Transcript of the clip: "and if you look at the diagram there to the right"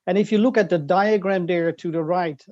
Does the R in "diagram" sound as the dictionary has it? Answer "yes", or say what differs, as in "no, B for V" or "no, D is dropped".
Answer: yes